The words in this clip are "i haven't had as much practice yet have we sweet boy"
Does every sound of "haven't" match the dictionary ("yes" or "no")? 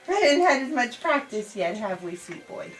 no